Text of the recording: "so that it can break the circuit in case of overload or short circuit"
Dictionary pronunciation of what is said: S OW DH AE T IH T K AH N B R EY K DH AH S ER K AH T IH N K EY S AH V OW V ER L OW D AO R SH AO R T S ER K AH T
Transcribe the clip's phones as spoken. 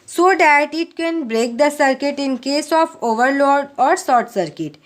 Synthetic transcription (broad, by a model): S OW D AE T IH T K AH N B R EY K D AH S ER K AH T IH N K EY S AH F OW V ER L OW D AO R S AO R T S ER K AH T